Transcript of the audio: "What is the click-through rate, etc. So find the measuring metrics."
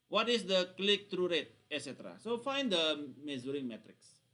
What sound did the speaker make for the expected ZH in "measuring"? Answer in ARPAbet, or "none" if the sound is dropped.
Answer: Z